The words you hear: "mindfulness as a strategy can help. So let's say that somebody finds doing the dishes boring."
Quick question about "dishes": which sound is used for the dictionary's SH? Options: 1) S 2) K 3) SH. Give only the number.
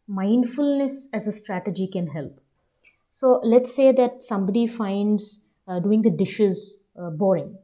3